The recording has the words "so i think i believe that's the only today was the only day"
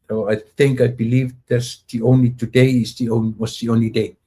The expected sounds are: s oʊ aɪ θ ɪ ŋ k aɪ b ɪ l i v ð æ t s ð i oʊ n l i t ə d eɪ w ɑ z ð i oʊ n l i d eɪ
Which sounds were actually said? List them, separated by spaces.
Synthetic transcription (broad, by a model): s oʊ aɪ θ ɪ ŋ k aɪ b ɪ l i v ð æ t s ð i oʊ n l i t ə d eɪ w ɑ s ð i oʊ n l i d eɪ